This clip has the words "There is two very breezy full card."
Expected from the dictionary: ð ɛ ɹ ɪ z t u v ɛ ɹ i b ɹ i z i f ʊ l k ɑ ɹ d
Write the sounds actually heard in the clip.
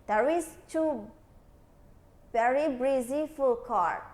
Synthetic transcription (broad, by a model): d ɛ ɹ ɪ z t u b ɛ ɹ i b ɹ i z i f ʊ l k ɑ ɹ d